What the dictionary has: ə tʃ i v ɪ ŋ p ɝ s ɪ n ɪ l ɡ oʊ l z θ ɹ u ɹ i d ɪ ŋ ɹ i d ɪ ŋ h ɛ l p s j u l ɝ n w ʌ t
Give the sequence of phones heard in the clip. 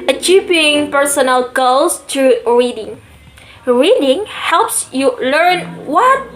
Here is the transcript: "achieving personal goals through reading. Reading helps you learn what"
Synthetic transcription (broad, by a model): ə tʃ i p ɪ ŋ p ɝ s ɪ n ɪ l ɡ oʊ l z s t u ɹ i d ɪ ŋ ɹ i d ɪ ŋ h ɛ l p s j u l ɝ n w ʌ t